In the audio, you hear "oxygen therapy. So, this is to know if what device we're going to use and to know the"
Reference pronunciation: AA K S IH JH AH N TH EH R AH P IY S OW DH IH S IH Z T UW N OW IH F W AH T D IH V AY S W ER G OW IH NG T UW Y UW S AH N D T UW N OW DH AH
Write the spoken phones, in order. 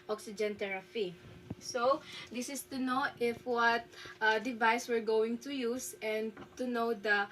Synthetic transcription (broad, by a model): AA K S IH JH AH N T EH R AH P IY S OW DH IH S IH S T UW N OW IH F W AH T D IH V AY S W ER G OW IH NG T UW Y UW S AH N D T UW N OW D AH